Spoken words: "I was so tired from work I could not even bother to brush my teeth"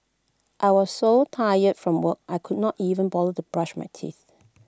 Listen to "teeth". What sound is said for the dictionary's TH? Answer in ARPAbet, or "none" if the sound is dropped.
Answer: TH